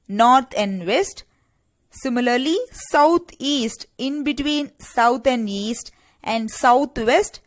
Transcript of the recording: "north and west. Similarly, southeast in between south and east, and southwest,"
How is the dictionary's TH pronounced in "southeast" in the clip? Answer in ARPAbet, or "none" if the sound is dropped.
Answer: T